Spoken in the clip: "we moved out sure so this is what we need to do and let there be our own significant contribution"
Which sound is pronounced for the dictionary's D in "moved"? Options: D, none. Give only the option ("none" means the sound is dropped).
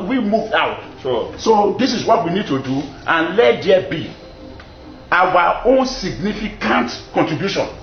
none